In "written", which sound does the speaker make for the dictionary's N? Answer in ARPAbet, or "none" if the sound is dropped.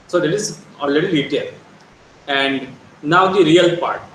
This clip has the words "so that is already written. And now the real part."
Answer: L